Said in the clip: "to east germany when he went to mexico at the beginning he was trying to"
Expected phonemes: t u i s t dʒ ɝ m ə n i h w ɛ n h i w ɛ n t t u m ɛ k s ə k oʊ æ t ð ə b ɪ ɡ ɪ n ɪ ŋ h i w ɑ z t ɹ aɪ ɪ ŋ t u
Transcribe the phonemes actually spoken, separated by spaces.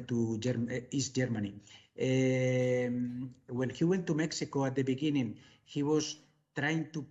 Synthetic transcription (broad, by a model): t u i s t dʒ ɝ m ə n i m w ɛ l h i w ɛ n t t u m ɛ k s ə k oʊ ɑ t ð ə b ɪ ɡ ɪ n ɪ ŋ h i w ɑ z t ɹ aɪ ɪ ŋ t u